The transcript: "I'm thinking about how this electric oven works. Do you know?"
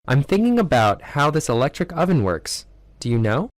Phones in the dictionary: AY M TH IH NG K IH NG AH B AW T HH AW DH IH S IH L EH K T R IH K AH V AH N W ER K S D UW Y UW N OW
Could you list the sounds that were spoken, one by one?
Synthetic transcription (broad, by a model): AY M TH IH NG K IH NG AH B AW T HH AW DH IH S IH L EH K T R IH K AH V AH N W ER K S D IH Y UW N OW